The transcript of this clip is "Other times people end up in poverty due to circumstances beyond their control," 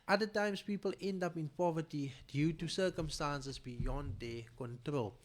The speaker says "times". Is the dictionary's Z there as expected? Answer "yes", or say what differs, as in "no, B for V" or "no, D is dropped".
no, S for Z